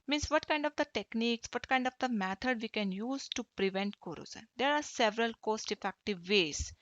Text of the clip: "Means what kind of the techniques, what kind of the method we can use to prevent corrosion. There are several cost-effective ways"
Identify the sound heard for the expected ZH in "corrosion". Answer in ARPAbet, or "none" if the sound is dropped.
Z